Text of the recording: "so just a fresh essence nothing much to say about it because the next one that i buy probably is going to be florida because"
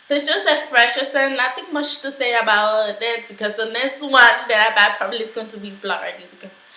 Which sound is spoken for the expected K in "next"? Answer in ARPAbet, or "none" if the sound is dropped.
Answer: none